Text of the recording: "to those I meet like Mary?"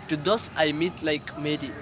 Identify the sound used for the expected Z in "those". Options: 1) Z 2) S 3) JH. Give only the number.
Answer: 2